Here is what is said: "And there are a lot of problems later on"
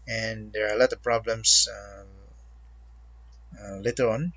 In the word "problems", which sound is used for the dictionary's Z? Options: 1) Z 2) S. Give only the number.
2